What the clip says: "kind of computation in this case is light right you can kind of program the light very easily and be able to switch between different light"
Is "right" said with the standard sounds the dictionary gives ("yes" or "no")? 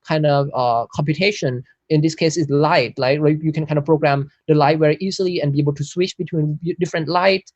no